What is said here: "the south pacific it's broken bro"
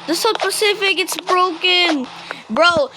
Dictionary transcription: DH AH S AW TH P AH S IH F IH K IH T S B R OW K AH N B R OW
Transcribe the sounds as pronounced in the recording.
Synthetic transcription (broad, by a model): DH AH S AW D P AH S IH F IH K IH T S B R OW K AH N B R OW